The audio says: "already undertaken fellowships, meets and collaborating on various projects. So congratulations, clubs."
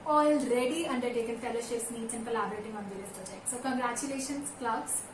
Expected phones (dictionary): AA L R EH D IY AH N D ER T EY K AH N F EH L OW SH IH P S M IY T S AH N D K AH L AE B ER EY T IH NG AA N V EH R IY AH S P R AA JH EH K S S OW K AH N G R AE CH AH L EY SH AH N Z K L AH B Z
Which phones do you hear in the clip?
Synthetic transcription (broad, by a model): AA L R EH D IY AH N D ER T EY K AH N F EH L OW SH IH P S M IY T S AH N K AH L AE B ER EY T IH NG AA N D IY L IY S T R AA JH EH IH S S OW K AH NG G R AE CH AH L EY SH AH N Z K L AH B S